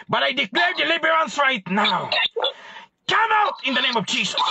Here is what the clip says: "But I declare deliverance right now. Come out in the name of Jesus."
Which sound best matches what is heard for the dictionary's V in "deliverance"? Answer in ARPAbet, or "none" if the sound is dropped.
B